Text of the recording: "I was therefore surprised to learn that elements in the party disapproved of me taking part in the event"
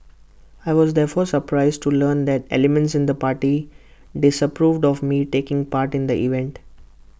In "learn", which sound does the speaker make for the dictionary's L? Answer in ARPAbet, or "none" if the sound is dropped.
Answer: L